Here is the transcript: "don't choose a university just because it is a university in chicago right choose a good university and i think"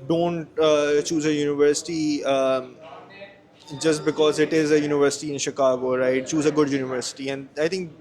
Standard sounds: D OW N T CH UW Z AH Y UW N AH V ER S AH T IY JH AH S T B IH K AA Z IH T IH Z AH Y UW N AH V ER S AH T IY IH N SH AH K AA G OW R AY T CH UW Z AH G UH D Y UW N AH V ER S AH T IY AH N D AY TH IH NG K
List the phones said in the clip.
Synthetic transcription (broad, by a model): D OW N T CH UW Z AH Y UW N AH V ER S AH T IY JH AH S T B IH K AA Z IH T IH Z AH Y UW N AH V ER S AH T IY IH N SH AH K AA G OW R AY T CH UW Z AH G UH D Y UW N AH V ER S AH T IY AH N D AY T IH NG K